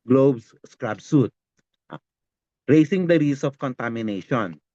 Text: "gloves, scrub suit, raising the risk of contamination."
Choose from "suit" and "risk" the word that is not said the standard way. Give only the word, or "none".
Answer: risk